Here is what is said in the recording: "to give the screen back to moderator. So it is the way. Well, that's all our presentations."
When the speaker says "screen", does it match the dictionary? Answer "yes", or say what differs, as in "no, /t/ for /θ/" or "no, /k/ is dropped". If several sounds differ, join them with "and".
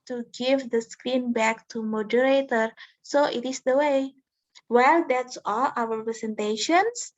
yes